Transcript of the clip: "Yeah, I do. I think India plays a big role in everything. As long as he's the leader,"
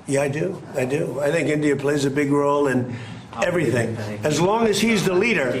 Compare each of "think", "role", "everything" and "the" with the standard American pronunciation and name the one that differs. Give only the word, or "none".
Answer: none